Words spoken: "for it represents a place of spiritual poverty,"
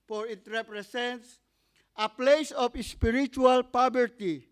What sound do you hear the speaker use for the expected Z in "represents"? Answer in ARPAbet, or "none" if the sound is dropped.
S